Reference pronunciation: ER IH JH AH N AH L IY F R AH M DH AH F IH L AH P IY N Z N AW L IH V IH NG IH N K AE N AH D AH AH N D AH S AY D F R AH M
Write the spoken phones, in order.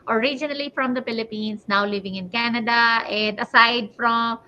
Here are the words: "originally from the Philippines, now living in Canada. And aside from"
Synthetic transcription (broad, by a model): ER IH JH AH N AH L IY F R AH M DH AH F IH L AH P IY N S N AW L IH V IH NG IH N K AE N AH D AH AH N D AH S AY D F R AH M